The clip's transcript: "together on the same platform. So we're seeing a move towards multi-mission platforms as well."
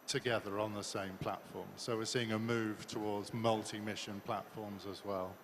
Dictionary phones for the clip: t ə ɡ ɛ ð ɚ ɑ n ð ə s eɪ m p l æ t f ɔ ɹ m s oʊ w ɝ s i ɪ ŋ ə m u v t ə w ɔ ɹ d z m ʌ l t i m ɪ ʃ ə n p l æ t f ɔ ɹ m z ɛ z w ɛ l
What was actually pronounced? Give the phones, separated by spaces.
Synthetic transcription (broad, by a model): t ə ɡ ɛ ð ɚ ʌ n ð ə s eɪ m p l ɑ t f ɔ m s oʊ w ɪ s i ɪ ŋ ə m u v t ə w ɔ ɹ d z m ʌ l t i m ɪ ʃ ə n p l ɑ t f ɔ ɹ m z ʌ z w ɛ l